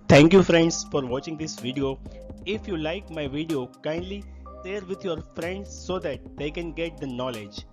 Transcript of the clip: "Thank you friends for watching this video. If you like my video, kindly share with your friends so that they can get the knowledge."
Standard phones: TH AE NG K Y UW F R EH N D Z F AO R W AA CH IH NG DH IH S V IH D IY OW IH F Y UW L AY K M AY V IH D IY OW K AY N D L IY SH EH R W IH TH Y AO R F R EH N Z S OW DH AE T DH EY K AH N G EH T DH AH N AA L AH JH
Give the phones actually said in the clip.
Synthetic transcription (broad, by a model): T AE NG K Y UW F R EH N D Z F AO R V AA CH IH NG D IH S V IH D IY OW IH F Y UW L AY K M AY V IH D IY OW K AY N D L IY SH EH R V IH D Y AO R F R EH N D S OW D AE T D EY K AH N G EH T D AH N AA L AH JH